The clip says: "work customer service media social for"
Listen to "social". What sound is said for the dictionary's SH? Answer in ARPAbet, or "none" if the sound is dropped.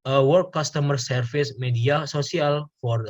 S